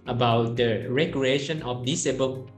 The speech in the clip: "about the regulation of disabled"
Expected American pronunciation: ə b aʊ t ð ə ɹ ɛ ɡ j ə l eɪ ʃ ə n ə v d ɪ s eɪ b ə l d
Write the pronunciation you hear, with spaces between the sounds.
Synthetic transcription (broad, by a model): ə b aʊ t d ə ɹ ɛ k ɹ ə eɪ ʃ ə n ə f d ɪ s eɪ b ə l